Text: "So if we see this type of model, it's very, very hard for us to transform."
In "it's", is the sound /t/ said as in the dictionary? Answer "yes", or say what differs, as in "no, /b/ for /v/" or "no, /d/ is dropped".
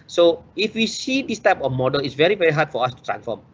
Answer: yes